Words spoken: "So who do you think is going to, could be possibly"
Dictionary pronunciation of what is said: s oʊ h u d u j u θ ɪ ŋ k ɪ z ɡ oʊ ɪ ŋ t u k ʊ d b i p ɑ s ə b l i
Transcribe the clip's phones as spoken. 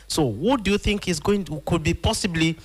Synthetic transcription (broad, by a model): s oʊ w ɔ d u j u θ ɪ ŋ k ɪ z ɡ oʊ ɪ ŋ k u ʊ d b i p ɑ s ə b l i